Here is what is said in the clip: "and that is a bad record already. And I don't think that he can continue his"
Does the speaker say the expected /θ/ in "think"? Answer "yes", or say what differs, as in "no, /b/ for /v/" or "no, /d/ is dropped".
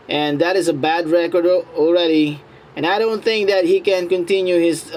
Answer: yes